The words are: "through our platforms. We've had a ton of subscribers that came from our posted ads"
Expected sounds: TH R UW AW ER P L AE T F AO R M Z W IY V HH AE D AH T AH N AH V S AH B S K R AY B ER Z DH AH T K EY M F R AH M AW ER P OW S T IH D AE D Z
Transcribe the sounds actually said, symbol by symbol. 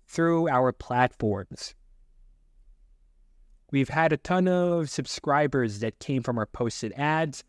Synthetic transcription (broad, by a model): TH R UW AW ER P L AE T F AO R M Z W IY V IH D AH T AH N AH V S AH B S K R AY B ER Z DH AH T K EY M F R AH M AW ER P OW S T IH D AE D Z